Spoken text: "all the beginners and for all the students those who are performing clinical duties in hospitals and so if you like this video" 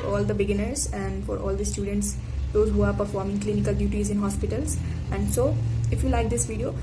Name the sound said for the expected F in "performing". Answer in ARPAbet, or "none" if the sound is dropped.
F